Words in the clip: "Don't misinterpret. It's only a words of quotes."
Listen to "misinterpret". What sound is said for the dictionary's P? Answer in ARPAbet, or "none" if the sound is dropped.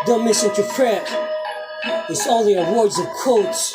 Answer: F